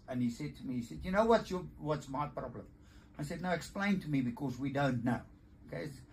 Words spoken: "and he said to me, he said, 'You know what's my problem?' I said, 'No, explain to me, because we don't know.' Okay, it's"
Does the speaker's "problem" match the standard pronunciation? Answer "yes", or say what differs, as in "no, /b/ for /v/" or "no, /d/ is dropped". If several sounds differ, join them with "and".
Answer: yes